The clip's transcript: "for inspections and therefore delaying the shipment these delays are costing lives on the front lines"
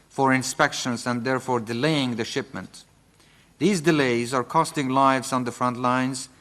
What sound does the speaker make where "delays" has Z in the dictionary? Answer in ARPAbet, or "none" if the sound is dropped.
Z